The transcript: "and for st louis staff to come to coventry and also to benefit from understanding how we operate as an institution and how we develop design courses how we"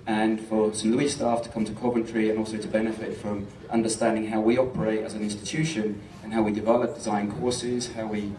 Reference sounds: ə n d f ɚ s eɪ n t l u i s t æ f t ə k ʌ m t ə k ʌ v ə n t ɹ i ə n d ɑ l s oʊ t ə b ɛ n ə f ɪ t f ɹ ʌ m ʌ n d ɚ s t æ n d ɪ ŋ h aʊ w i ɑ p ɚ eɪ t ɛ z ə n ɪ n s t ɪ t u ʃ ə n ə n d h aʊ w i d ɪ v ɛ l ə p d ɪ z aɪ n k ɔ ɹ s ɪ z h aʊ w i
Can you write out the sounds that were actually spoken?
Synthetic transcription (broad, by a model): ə n f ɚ s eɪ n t l u i s t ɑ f t ə k ʌ m t ə k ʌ b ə n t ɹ i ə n ɑ l s oʊ t ə b ɛ n ə f ɪ t f ɹ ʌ m ʌ n d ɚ s t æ n d ɪ ŋ h aʊ w i ɑ p ɚ eɪ t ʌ z ə n ɪ n s t ɪ t u ʃ ə n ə n h aʊ w i d ɪ v ɛ l ə p d ɪ z aɪ n k ɔ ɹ s ɪ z h aʊ w i